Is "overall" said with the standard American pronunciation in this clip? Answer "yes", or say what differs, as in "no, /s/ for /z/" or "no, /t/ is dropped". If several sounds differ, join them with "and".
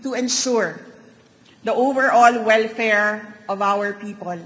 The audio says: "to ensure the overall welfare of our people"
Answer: yes